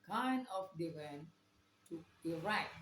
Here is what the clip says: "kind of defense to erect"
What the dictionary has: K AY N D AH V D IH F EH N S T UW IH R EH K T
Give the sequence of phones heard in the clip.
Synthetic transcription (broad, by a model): K AY N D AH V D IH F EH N T UW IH R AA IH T